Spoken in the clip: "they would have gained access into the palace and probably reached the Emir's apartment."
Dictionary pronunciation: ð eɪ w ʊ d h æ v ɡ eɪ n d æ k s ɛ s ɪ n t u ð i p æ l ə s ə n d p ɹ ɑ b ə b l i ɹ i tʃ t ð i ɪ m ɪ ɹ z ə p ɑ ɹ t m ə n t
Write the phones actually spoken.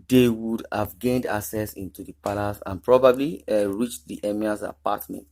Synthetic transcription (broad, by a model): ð eɪ w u d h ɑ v ɡ eɪ n d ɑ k s ɛ s ɪ n t u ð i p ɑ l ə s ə n p ɹ ɑ b ə b l i ɹ i tʃ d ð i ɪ m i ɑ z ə p ɑ t m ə n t